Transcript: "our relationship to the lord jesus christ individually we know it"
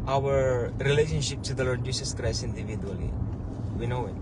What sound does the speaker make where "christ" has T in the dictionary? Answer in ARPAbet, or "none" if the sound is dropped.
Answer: none